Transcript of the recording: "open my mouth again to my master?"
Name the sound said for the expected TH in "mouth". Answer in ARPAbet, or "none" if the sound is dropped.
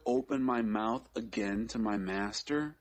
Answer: TH